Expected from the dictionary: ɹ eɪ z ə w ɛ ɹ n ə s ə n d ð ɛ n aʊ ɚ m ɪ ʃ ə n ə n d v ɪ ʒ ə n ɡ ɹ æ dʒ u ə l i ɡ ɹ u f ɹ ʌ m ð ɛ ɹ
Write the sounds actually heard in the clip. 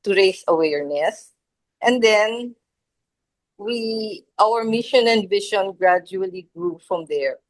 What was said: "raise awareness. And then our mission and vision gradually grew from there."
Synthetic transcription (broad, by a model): ɹ eɪ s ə w ɛ ɹ n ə s ə n d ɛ n aʊ ɚ m ɪ ʃ ə n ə n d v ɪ ʃ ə n ɡ ɹ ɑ dʒ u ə l i ɡ ɹ u f ɹ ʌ m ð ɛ ɹ